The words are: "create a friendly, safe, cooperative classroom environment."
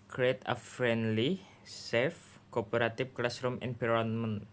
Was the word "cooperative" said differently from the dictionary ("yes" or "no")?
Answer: yes